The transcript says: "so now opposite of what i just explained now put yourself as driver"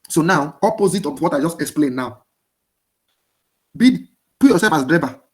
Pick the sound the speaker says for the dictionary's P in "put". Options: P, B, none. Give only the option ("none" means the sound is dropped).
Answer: B